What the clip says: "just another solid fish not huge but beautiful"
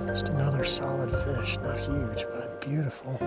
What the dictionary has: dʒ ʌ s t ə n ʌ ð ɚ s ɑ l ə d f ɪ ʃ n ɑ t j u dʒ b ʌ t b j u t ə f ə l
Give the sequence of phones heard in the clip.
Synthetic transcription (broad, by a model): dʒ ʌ s t ə n ʌ ð ɚ s ɑ l ə d f ɪ ʃ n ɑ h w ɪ tʃ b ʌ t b j u t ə f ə l